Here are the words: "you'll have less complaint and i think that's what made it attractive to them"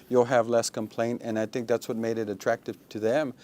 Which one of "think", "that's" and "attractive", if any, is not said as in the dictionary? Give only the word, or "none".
none